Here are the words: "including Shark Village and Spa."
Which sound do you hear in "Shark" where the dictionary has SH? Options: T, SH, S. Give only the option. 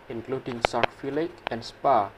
S